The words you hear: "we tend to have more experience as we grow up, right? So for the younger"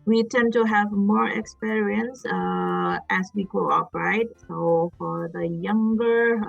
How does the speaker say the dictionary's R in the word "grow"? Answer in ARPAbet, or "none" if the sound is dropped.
L